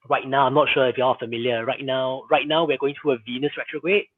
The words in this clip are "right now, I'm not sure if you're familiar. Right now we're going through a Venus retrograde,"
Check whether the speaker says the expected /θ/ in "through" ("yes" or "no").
no